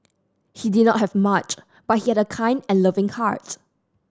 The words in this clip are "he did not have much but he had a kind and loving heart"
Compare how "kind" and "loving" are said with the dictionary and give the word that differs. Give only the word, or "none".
none